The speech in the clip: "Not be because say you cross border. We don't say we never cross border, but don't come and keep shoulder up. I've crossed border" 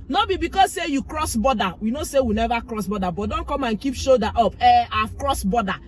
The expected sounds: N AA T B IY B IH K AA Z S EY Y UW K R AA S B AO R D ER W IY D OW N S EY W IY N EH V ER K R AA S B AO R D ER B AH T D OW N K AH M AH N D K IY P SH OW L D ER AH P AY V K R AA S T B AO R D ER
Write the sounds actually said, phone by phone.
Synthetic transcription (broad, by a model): N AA B IY B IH K AA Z S EY Y UW K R AA S B AO D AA W IY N OW S EY W IY N EH V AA K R AA S B AO D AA B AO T D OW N K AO M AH N K IY P SH OW D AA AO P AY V K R AA S B AO D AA